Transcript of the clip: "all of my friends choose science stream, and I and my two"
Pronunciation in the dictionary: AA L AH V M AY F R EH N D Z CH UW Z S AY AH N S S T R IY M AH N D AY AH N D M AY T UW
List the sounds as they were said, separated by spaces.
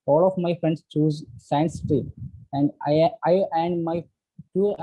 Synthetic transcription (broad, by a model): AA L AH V M AY F R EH N D S CH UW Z S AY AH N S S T IY AH N D AY AH N D M AY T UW